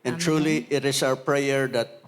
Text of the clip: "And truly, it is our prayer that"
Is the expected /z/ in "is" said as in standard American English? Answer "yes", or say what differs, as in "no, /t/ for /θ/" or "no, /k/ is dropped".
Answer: no, /s/ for /z/